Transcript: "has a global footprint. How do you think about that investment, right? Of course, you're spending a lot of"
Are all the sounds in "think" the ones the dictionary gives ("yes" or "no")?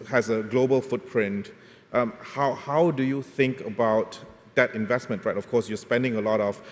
yes